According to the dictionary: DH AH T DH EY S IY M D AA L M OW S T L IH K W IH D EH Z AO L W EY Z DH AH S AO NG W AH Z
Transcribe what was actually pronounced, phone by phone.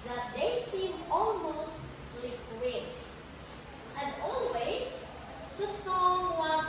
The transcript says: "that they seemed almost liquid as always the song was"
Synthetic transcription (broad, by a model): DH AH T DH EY S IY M AA L M OW S T L IH K W IH D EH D AO L W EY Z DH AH S AO NG W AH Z